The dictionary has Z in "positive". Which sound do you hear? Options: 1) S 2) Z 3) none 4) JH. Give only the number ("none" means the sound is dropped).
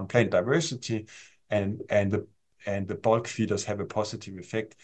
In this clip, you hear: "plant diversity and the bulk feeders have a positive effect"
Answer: 1